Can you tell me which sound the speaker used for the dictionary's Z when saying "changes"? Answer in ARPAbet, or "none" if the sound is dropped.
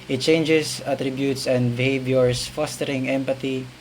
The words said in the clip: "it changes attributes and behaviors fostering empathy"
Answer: S